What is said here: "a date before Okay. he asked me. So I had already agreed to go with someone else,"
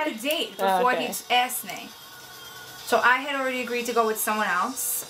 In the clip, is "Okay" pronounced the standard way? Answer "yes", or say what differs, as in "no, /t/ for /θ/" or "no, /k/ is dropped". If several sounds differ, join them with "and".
no, /k/ is dropped